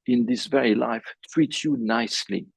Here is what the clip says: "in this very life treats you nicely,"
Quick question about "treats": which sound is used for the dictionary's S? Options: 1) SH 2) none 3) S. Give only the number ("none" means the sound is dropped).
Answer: 2